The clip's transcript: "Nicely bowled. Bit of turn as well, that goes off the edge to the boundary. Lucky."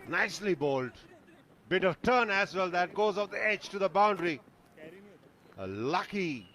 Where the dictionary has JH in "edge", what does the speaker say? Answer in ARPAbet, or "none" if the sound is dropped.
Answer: JH